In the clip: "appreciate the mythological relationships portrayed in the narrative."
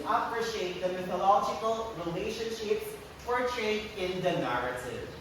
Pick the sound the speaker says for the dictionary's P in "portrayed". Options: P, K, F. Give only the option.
F